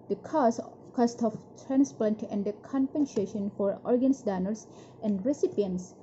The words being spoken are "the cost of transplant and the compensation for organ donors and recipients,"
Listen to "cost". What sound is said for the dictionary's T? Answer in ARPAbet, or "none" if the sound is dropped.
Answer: T